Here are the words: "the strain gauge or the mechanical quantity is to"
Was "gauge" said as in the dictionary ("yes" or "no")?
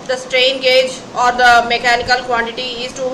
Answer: yes